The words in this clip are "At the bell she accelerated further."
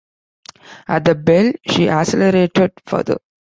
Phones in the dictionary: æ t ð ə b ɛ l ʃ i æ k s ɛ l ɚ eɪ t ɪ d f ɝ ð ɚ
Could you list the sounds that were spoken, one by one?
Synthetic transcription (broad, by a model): æ t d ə b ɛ l ʃ i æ s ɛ l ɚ eɪ t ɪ d f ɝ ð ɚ